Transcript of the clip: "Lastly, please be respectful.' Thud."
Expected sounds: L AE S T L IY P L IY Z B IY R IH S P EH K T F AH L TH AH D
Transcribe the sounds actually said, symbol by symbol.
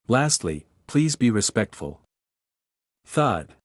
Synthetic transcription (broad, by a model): L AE S T L IY P L IY Z B IY R IH S P EH K T F AH L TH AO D